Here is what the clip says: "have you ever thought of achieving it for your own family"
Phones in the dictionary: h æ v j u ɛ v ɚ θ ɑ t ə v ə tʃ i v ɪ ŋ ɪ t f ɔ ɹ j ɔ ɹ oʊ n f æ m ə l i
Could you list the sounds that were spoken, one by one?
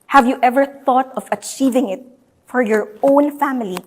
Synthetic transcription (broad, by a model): h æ v j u ɛ v ɚ θ ɑ t ə v ə tʃ i v ɪ ŋ ɪ t f ɔ ɹ j ɔ ɹ oʊ n f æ m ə l i